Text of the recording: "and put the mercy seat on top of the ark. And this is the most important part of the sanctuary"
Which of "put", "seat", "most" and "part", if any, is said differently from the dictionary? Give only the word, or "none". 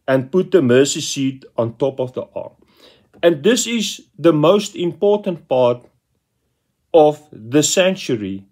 none